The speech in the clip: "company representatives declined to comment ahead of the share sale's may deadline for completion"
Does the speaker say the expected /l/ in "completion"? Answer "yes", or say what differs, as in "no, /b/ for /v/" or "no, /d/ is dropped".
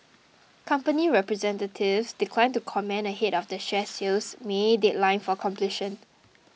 yes